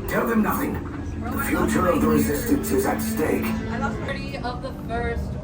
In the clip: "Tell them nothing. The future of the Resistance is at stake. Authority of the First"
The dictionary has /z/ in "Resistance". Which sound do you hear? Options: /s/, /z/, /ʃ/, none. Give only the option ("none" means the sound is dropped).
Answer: /z/